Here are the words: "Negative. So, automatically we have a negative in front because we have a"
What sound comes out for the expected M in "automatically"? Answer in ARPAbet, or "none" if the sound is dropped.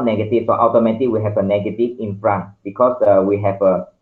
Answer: none